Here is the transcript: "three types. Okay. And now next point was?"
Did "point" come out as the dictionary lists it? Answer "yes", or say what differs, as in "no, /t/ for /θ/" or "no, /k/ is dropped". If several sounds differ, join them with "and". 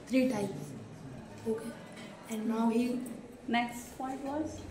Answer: no, /f/ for /p/